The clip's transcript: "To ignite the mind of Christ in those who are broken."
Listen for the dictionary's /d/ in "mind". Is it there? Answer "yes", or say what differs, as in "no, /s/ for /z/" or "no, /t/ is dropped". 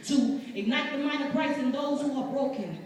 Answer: no, /d/ is dropped